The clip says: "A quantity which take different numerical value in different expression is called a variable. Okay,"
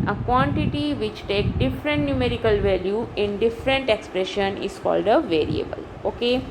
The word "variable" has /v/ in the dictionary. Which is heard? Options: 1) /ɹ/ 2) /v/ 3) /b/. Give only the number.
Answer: 2